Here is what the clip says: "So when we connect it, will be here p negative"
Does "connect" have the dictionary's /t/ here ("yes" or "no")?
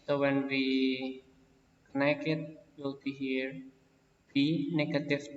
no